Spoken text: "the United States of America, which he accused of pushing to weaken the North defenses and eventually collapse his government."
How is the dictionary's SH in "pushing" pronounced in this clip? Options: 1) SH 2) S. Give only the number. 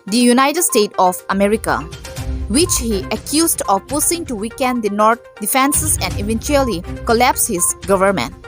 2